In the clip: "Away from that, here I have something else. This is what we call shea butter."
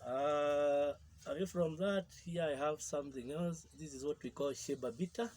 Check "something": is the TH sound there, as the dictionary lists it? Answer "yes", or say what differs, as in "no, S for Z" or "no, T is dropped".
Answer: yes